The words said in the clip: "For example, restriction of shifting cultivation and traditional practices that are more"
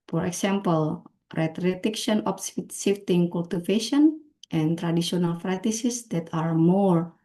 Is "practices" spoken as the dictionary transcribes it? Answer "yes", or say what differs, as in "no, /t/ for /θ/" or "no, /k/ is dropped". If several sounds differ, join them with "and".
no, /k/ is dropped